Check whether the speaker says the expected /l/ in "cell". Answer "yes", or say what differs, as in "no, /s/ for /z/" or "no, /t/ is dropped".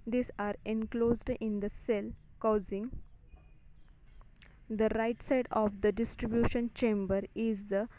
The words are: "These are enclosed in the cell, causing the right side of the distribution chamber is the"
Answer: yes